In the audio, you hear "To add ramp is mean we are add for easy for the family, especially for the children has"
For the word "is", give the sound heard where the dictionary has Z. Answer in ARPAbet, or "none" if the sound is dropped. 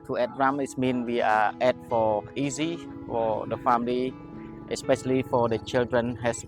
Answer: S